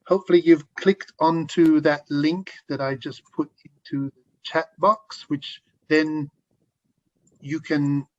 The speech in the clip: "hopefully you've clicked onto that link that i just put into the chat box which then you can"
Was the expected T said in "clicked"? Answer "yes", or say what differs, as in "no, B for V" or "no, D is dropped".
yes